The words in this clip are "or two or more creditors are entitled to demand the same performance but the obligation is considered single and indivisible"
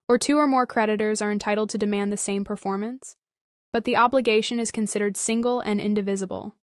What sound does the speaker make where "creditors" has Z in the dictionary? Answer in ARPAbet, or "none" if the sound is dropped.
Z